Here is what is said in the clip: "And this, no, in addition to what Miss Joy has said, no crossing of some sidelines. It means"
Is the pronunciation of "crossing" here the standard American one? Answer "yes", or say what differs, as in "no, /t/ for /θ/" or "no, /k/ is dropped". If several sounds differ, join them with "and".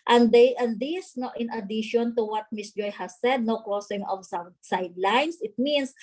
no, /ɹ/ is dropped